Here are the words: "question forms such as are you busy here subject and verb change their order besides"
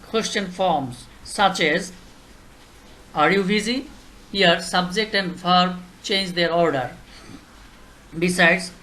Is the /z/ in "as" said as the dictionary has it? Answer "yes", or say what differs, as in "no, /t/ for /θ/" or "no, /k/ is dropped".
yes